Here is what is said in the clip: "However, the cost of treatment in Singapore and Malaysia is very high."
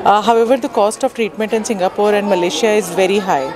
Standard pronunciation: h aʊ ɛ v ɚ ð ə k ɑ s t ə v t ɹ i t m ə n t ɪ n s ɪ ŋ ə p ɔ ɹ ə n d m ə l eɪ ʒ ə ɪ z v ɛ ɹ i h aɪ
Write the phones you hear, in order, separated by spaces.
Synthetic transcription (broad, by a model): h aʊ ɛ v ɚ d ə k ɑ s t ə v t ɹ i t m ə n t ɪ n s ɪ ŋ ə p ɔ ɹ ə n d m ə l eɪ ʃ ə ɪ z v ɛ ɹ i h aɪ